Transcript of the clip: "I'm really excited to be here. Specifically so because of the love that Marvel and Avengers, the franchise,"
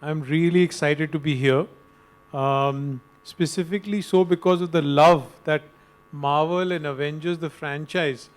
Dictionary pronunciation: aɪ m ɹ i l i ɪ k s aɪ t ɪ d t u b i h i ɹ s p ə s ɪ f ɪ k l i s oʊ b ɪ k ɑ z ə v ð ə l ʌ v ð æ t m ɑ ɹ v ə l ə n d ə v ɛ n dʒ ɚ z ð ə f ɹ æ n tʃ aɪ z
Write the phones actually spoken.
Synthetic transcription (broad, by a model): aɪ m ɹ i l i ɪ k s aɪ t ɪ d t u b i h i ɹ s p ə s ɪ f ɪ k l i s oʊ b ɪ k ɑ z ə v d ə l ʌ v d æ t m ɑ ɹ v ə l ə n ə v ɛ n dʒ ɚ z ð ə f ɹ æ n tʃ aɪ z